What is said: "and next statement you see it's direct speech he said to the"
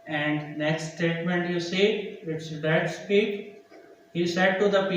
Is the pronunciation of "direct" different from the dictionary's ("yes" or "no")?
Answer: yes